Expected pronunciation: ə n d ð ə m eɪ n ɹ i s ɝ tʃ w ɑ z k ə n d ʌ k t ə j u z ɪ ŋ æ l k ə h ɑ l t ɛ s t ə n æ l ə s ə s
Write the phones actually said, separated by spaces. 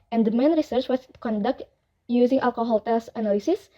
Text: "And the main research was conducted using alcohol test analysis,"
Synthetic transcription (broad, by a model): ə n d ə m eɪ n ɹ i s ɝ tʃ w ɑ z k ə n d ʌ k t j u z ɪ ŋ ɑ l k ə h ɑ l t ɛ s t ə n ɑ l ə s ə s